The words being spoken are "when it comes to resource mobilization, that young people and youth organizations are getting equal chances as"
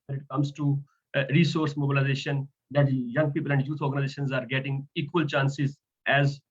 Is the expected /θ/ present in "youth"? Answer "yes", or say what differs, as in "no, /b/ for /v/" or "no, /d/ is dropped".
no, /t/ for /θ/